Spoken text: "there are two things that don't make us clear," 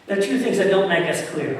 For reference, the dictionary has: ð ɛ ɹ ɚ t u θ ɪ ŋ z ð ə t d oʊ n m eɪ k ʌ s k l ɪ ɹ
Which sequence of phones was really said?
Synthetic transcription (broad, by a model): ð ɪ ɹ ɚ t u θ ɪ ŋ z ð ə t d oʊ n m eɪ k ʌ s k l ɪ ɹ